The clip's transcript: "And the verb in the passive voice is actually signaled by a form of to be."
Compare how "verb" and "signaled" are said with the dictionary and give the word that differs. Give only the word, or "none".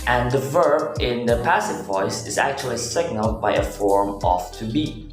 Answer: none